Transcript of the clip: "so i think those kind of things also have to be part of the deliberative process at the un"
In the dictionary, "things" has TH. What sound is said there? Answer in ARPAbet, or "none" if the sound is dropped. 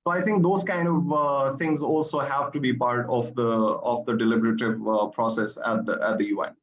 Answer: T